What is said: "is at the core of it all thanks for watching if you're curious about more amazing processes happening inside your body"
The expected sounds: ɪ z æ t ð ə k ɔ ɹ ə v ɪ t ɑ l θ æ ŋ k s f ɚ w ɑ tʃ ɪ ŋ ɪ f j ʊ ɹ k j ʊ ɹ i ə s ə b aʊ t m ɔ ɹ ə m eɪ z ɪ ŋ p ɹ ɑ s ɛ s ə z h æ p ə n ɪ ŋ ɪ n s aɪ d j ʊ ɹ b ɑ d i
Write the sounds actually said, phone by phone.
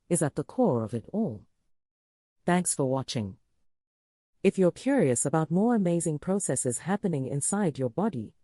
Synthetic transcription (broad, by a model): ɪ z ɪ t ð ə k ɔ ɹ ə v ɪ t ɑ l θ æ ŋ k s f ɚ w ɑ tʃ ɪ ŋ ɪ f j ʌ ɹ k j ʊ ɹ i ə s ə b aʊ t m ɔ ɹ ə m eɪ z ɪ ŋ p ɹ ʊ s ɛ s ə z h æ p ə n ɪ ŋ ɪ n s aɪ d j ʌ ɹ b ɑ d i